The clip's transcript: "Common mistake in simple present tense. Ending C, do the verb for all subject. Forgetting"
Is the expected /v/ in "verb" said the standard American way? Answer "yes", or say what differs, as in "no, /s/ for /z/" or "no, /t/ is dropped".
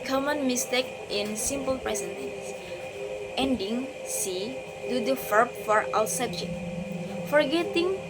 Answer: no, /f/ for /v/